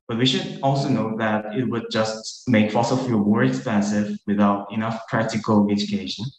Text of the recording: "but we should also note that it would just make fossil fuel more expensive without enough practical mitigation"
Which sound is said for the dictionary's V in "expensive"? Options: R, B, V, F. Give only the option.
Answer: V